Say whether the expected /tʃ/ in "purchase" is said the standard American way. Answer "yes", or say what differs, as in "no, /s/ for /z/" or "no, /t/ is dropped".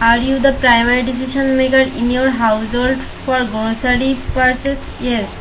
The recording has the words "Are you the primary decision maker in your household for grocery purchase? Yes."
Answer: no, /s/ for /tʃ/